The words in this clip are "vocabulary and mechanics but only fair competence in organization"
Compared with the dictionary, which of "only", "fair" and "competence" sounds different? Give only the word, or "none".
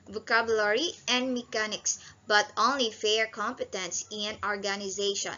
none